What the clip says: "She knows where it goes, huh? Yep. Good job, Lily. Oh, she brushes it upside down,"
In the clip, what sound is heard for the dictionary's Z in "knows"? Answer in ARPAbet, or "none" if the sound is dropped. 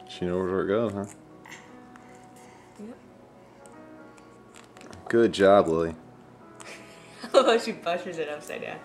none